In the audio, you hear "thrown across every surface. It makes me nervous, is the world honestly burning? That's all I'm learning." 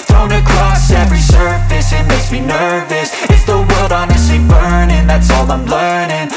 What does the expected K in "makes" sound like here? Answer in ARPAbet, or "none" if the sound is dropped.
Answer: none